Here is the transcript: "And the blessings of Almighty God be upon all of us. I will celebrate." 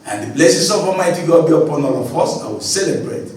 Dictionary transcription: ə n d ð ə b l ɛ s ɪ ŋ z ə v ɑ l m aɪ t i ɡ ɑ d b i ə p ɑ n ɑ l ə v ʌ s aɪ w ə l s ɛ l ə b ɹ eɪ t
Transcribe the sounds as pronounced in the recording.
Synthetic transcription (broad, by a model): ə n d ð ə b l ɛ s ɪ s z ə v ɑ m aɪ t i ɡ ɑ b i ə p ɑ n ɑ l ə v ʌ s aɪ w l s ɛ l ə b ɹ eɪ t